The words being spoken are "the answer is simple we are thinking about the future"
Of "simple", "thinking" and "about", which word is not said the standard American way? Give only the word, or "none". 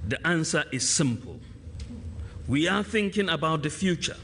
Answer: none